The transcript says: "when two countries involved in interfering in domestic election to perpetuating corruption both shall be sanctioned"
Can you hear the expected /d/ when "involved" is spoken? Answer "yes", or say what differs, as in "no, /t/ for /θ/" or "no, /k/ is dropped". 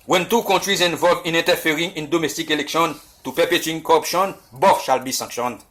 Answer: no, /d/ is dropped